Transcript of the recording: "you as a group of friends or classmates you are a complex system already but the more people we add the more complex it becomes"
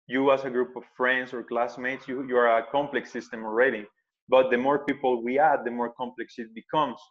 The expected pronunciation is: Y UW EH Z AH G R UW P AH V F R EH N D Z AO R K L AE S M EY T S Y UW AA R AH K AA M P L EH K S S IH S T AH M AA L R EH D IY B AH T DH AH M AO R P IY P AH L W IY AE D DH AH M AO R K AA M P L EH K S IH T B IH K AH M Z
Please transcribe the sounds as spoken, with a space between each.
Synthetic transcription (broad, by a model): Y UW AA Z AH G R UW P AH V F R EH N D S AO R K L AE S M EY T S Y UW AA R AH K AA M P L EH K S S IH S T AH M AA L R EH D IY B AH T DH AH M AO R P IY P AH L W IY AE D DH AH M AO R K AA M P L EH K S IH T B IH K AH M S